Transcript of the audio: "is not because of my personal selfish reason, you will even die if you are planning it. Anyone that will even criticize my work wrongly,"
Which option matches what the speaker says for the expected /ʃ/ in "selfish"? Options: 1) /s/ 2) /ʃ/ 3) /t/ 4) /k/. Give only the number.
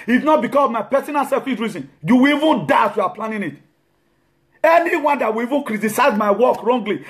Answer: 1